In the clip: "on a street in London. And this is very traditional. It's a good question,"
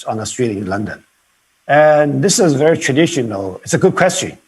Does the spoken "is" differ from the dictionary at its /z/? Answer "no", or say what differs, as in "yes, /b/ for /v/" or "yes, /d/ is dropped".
no